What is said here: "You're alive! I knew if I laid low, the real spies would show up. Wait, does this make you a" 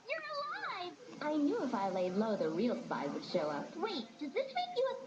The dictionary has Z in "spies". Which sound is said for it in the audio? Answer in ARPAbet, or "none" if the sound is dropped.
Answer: none